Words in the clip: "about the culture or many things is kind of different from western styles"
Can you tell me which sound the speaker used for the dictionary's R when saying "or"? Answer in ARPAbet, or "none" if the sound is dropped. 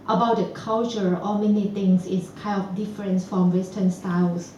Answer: L